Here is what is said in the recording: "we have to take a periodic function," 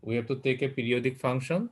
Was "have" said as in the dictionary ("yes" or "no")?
no